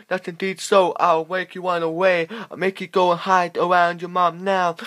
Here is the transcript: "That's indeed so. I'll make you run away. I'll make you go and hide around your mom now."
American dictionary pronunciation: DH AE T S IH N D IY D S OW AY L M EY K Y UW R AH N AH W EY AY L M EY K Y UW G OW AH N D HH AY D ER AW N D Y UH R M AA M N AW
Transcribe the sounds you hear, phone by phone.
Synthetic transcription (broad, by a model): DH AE T S IH N D IY D S OW AY L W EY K Y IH W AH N AH W EY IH M EY K Y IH G OW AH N HH AY D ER AW N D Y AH R M AA M N AW